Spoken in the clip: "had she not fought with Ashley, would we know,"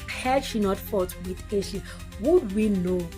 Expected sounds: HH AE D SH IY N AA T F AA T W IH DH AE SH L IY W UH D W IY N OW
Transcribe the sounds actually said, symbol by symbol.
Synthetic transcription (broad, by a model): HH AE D SH IY N AA T F AA T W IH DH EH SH IY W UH D W IY N OW